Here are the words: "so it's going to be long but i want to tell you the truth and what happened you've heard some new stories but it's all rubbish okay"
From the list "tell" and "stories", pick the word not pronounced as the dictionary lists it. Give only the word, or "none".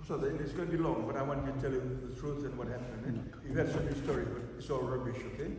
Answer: stories